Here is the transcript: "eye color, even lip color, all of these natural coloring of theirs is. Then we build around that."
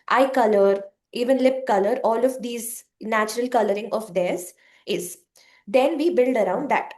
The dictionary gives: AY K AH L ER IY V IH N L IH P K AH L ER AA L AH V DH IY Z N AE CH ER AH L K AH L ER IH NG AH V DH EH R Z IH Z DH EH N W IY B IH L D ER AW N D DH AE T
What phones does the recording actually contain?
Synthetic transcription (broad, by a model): AY K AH L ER IY V IH N L IH P K AH L ER AA L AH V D IY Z N AE CH ER AH L K AH L ER IH NG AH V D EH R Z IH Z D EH N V IY B IH L D ER AW N D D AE T